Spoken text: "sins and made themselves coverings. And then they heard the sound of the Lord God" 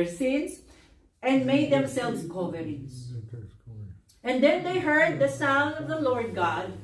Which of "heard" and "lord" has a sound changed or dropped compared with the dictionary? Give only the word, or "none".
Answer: none